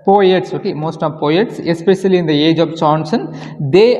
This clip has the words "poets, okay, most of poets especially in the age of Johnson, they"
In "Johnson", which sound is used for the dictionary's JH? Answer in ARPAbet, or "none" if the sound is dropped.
CH